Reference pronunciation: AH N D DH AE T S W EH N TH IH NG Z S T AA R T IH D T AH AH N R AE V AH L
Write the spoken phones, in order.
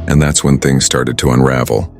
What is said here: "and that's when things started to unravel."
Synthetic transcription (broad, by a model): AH N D DH AE T S W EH N TH IH NG Z S T AA R T IH D T AH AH N R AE V L